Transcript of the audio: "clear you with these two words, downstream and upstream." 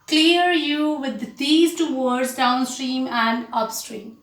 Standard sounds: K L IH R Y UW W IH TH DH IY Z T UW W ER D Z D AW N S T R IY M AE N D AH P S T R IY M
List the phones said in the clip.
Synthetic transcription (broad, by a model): K L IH R Y UW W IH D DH IY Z T UW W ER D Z D AW N S T R IY M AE N D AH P S T R IY M